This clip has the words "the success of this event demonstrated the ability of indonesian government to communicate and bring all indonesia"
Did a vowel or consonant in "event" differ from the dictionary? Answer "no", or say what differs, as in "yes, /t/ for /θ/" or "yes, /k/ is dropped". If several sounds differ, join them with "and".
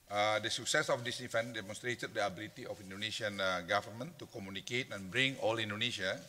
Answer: yes, /f/ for /v/